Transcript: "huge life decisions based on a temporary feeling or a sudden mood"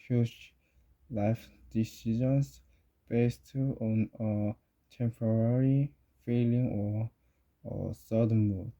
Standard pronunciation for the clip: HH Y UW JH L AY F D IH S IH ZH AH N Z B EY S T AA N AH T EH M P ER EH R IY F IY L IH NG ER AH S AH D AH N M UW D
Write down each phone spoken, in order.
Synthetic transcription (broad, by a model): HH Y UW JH L AY F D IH S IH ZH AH N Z B EY S T AA N AH T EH M P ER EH R IY F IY L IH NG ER AH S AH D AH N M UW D